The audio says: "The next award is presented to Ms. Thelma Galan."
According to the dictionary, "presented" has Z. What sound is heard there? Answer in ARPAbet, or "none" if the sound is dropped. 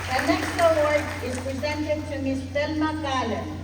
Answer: Z